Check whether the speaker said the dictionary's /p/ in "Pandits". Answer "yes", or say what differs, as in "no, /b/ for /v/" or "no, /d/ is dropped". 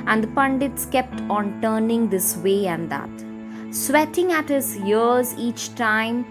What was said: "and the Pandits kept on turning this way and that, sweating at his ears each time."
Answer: yes